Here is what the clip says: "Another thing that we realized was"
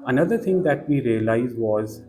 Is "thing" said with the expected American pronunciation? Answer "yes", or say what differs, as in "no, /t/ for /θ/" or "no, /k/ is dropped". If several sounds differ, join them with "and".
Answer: no, /t/ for /θ/